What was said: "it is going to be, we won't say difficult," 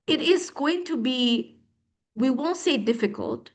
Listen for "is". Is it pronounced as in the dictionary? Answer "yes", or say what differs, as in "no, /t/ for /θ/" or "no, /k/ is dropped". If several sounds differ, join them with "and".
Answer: yes